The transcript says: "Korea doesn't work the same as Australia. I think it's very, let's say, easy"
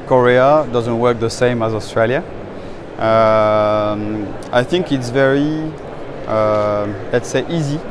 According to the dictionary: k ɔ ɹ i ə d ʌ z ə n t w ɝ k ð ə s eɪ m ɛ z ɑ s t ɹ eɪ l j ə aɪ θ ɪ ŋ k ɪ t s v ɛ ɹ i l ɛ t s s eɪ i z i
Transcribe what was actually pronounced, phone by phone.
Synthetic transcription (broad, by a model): k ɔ ɹ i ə d ʌ z ə n t w ɝ k ð ə s eɪ m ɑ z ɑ s t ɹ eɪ l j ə aɪ θ ɪ ŋ k ɪ t s v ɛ ɹ i l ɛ t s s eɪ i z i